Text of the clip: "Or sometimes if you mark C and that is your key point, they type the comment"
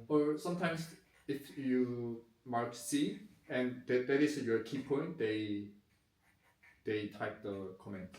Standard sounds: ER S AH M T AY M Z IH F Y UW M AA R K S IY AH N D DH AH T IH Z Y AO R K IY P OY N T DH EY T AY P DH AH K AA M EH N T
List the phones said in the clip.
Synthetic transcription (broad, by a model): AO S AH M T AY M S IH F Y UW M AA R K S IY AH N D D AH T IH S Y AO K IY P OY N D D EY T AY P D AH K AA M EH N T